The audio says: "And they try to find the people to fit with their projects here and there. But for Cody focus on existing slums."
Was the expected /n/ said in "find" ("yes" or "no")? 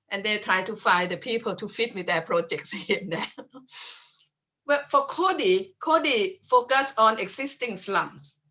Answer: no